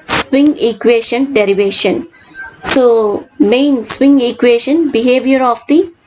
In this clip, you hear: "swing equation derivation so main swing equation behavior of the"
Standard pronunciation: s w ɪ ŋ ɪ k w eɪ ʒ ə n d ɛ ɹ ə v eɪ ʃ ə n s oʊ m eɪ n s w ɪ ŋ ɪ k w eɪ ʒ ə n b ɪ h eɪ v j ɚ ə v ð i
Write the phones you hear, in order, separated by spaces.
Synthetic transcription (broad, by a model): s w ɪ ŋ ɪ k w eɪ ʃ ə n d ɛ ɹ ə v eɪ ʃ ə n s oʊ m eɪ n s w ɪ ŋ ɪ k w eɪ ʃ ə n b ɪ h eɪ v j ɚ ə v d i